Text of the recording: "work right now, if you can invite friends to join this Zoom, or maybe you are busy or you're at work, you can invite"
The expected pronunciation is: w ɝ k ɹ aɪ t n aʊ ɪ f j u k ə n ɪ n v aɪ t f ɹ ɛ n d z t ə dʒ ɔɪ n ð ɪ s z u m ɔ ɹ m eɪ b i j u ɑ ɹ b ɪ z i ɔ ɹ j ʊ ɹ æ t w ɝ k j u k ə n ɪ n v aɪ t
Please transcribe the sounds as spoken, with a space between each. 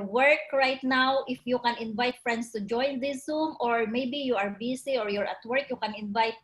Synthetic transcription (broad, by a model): w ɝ k ɹ aɪ t n aʊ ɪ f j u k ə n ɪ n v aɪ t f ɹ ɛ n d s t ə dʒ ɔɪ n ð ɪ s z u m ɔ ɹ m eɪ b i j u ɑ ɹ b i s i ɔ ɹ j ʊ ɹ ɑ t w ɝ k j u k ə n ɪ n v aɪ t